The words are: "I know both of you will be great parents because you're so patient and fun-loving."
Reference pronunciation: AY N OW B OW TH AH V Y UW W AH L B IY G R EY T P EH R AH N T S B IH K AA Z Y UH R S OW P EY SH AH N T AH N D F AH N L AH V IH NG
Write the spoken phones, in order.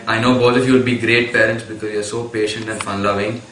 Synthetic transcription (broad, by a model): AY N OW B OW T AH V Y UW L B IY G R EY T P EH R AH N T S B IH K AA Z Y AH R S OW P EY SH AH N T AH N D F AH N L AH V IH NG